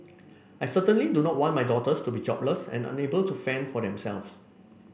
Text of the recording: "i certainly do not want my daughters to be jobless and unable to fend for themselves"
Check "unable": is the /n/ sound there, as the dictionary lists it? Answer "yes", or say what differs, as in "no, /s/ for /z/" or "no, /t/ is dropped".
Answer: yes